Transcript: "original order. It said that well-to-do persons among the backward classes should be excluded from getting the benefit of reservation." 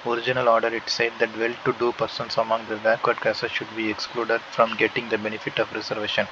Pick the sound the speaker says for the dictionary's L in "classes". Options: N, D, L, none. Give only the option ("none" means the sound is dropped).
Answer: none